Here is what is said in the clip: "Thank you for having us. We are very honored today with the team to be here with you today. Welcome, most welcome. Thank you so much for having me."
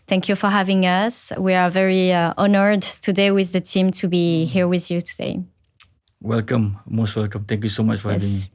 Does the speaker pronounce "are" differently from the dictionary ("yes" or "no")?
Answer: no